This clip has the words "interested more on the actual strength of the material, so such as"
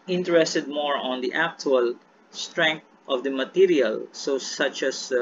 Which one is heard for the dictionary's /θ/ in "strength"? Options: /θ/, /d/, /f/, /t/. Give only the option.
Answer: /t/